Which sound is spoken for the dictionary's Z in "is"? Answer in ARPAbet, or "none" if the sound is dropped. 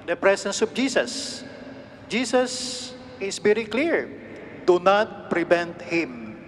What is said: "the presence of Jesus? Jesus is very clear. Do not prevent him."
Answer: S